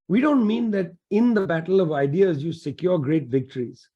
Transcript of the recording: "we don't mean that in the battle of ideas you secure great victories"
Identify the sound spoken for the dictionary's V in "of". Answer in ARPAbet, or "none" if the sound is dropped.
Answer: V